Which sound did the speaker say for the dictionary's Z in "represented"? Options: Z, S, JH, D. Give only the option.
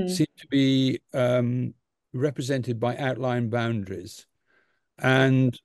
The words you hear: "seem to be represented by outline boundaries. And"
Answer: Z